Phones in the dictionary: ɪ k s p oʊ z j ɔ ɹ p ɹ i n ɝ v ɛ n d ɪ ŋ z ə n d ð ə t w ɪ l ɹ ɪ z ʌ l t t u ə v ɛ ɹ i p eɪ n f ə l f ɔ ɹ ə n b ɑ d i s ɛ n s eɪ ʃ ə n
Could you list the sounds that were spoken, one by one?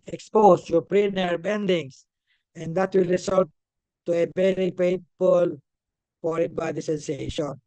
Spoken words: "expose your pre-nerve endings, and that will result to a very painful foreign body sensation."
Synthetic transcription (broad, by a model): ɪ k s p oʊ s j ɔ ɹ p ɹ i n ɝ b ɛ n d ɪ ŋ s ə n d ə t w ɪ l ɹ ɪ s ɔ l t t u ə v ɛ ɹ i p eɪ f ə l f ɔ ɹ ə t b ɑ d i s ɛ n s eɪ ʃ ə n